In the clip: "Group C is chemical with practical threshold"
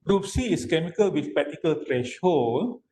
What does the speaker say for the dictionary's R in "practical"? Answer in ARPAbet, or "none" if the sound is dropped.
none